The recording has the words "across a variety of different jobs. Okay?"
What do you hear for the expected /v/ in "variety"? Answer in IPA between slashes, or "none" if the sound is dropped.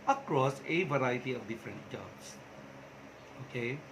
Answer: /v/